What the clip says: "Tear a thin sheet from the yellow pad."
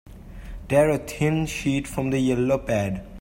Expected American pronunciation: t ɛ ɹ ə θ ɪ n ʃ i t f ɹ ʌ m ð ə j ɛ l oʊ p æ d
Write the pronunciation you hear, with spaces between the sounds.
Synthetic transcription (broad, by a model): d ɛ ɹ ə t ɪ n ʃ i t f ɹ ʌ m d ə j ɛ l oʊ p æ d